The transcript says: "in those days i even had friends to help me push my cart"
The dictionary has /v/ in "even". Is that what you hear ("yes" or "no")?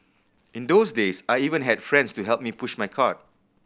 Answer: yes